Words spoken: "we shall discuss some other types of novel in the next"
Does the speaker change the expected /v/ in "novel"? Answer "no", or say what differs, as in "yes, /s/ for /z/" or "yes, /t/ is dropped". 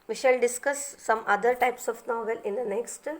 no